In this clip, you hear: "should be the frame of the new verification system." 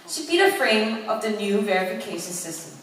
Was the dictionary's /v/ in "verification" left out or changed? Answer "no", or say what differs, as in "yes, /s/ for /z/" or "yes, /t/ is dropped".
no